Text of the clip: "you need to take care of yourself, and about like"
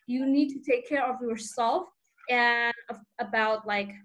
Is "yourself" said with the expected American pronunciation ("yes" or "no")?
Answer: yes